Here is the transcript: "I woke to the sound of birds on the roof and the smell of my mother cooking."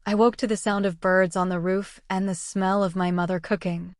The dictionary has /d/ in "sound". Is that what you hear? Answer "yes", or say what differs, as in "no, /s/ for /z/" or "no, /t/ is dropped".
yes